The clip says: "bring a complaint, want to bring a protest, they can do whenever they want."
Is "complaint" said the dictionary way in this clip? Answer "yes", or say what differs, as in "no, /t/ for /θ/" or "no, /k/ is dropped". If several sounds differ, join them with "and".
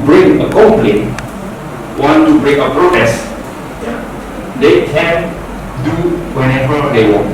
no, /m/ is dropped